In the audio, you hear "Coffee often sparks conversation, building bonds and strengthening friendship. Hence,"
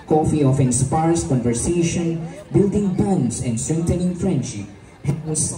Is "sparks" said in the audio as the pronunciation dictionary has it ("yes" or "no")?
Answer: no